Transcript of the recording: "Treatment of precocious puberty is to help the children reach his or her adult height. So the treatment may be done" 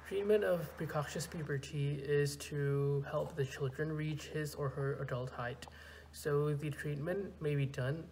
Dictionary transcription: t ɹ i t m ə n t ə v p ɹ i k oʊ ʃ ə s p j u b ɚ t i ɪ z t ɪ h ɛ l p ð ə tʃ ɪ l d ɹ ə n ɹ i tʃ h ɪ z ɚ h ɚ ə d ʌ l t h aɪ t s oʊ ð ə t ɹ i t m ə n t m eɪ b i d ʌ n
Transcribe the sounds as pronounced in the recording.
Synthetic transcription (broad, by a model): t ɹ i t m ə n t ə v p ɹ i k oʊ ʃ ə s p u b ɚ t i ɪ z t ɪ h ɛ l p ð ə tʃ ɪ l d ɹ ə n ɹ i tʃ h ɪ z ɚ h ɚ ə d ʌ l t h aɪ t s oʊ ð ə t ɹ i t m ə n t m eɪ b i d ʌ n